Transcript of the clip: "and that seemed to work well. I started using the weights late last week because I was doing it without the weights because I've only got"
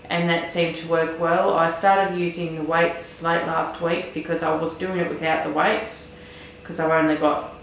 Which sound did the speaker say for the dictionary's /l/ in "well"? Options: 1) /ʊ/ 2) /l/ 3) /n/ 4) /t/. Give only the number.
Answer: 2